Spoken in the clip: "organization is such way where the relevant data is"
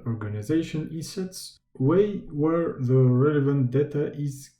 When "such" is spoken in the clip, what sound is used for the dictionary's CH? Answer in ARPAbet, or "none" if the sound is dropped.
S